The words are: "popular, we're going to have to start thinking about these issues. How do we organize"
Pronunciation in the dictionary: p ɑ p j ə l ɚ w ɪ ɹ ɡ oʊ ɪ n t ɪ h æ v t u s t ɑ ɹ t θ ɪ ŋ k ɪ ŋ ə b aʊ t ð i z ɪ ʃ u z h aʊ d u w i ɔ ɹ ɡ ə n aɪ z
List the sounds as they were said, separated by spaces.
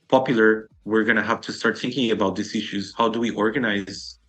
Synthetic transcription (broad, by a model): p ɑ p j l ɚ w ɪ ɹ ɡ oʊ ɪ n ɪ h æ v t u s t ɑ ɹ t θ ɪ ŋ k ɪ ŋ ə b aʊ t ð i s ɪ ʃ u z h aʊ d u w i ɔ ɹ ɡ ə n aɪ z